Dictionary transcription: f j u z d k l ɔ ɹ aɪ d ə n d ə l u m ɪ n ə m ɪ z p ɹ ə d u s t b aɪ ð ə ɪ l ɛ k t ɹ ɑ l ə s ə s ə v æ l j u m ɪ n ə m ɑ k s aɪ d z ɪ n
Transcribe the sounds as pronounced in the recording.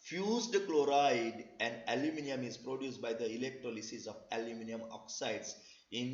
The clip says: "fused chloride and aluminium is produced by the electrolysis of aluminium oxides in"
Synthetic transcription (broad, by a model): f j u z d k l ɔ ɹ aɪ d ə n d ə l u m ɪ n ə m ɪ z p ɹ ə d u s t b aɪ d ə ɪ l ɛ k t ɹ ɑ l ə s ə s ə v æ l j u m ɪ n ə m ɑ k s aɪ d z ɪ n